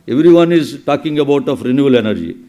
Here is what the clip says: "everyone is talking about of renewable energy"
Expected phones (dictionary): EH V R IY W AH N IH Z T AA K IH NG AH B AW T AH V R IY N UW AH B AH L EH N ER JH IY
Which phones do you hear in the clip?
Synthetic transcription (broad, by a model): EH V R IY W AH N IH Z T AA K IH NG AH B AW T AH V R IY N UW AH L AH N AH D JH IY